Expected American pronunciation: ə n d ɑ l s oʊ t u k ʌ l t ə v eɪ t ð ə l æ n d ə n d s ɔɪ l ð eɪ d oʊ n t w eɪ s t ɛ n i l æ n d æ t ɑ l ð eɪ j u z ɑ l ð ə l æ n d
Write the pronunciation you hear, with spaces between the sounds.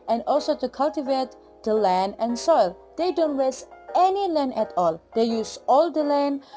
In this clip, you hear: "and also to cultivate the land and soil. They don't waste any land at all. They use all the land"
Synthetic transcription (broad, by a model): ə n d ɑ l s oʊ t u k ʌ l t ə v eɪ t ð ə l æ n d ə n s ɔɪ l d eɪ d oʊ n t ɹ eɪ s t ɛ n i l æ n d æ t ɑ l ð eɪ j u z ɑ l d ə l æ n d